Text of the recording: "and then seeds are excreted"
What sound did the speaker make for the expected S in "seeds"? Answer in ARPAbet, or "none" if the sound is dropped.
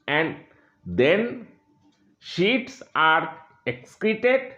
SH